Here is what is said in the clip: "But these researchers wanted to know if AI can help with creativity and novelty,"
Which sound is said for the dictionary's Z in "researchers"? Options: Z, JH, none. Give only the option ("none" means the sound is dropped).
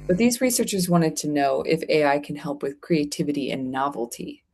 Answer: Z